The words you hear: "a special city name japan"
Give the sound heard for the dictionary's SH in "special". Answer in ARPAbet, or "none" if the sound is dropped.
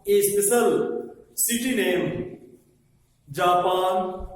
S